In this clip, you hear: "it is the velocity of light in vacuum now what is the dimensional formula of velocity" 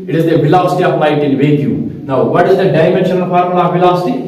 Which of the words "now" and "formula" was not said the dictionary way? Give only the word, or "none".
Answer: formula